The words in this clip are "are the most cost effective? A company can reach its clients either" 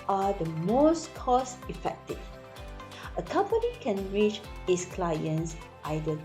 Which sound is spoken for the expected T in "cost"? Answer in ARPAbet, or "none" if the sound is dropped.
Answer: none